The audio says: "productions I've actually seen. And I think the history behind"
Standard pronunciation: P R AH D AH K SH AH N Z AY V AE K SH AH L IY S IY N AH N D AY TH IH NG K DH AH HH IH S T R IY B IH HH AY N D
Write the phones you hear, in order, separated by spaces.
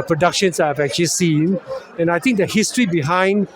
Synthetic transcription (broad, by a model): P R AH D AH K SH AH N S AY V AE K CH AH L IY S IY N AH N AY T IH NG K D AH HH IH S T R IY B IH HH AY N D